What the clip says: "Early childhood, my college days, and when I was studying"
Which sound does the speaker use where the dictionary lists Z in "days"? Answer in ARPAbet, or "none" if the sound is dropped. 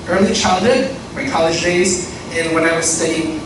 Z